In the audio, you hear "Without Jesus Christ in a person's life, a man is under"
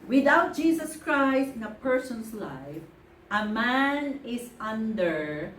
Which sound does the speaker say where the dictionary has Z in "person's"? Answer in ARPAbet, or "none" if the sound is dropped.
S